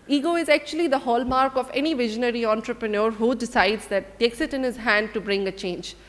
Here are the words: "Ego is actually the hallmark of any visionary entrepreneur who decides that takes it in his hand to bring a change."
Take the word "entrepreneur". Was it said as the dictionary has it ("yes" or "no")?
yes